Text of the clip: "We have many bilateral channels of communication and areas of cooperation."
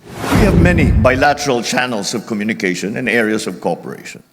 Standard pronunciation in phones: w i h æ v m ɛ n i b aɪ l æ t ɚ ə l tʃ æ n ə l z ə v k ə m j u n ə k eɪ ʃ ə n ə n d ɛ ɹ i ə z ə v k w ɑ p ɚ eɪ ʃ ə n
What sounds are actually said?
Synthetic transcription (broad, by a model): w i h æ v m ɛ n i b aɪ l æ t ɚ ə l tʃ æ n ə l s ə v k ə m j u n ə k eɪ ʃ ə n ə n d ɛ ɹ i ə s ə v k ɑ p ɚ eɪ ʃ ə n